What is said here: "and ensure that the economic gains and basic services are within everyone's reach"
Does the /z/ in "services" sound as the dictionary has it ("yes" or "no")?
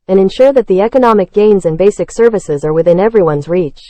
yes